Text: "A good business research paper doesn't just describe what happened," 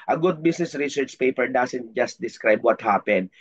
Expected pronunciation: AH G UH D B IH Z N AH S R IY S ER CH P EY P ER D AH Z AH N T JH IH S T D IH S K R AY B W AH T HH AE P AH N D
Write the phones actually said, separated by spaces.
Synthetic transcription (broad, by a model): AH G UH D B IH S N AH S R IY S ER CH P EY P ER D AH S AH N T JH IH S T D IH S K R AY B W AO T HH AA P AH N D